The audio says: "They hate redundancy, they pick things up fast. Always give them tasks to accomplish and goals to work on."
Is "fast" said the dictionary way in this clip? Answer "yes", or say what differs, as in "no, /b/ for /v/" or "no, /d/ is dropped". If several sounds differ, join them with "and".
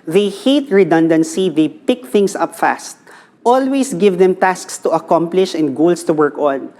yes